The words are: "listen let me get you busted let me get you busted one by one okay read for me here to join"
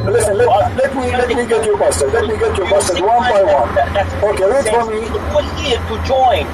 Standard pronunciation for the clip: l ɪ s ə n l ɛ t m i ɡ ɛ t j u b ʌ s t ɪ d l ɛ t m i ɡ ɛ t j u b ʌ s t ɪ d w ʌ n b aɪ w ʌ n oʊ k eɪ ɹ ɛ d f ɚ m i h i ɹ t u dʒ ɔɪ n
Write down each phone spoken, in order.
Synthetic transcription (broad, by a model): l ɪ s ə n l ɛ t m i ɡ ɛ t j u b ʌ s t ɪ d l ɛ t m i ɡ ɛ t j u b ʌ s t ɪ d w ʌ n b aɪ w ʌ n oʊ k eɪ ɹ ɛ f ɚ m i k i l t u dʒ ɔɪ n